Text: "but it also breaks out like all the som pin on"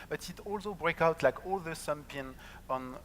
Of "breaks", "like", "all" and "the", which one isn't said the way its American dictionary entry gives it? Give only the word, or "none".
breaks